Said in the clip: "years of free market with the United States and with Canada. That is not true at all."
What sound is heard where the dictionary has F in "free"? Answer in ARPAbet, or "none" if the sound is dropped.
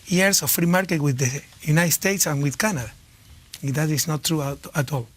F